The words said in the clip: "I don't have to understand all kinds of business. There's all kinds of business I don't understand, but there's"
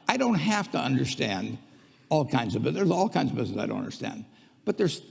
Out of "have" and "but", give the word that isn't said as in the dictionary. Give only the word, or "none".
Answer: have